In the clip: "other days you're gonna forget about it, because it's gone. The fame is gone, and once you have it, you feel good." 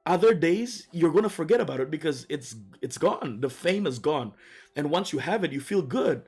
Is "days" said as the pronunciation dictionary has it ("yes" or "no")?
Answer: yes